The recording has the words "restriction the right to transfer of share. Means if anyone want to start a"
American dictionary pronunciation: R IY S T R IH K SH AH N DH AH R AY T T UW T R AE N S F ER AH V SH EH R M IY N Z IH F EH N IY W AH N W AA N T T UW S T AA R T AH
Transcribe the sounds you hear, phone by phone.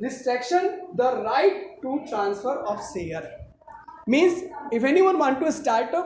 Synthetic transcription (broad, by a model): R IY S T R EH K SH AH N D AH R AY T T UW T R AE N S F ER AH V S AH R M IY N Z IH F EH N IY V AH N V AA N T T UW S T AA R T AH